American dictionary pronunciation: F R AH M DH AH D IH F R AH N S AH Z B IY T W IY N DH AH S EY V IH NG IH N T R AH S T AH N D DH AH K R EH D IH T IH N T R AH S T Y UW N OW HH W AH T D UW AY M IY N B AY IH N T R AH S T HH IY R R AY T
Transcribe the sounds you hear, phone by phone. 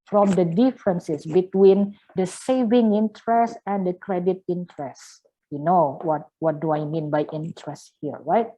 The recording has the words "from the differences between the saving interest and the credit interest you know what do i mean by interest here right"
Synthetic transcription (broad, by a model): F R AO M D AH D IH F R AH N S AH S B IY T W IY N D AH S EY V IH NG IH N T R AH S T AH N D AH K R EH D IH T IH N T R AH S T Y UW N OW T W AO T D UW AY M IY N B AY IH N T R AH S T HH IY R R AY T